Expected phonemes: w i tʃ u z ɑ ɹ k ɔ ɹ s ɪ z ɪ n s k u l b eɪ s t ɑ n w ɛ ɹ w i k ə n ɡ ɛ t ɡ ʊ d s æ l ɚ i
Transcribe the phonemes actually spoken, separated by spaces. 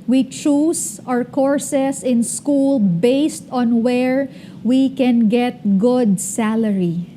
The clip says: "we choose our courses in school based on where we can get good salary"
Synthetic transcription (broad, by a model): w i tʃ u s ɑ ɹ k ɔ ɹ s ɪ s ɪ n s k u l b eɪ s t ɑ n w ɛ ɹ w i k ə n ɡ ɛ t ɡ ʊ d s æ l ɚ i